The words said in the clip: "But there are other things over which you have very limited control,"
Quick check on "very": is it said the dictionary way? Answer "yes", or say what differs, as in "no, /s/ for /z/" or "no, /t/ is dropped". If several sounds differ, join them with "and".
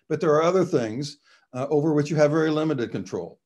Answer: yes